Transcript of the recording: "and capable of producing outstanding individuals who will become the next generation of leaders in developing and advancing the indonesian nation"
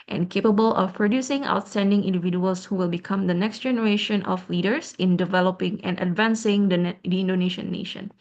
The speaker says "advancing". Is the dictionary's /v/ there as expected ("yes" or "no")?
yes